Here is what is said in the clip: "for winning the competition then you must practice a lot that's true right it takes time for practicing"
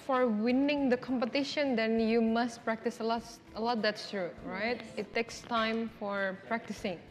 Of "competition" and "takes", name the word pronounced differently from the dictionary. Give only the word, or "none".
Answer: none